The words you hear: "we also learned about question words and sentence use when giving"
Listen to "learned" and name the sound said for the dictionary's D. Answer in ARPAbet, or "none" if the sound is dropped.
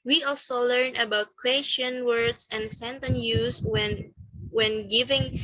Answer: none